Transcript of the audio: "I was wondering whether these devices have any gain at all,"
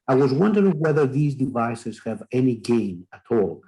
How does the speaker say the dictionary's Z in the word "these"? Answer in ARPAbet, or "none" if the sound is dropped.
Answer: Z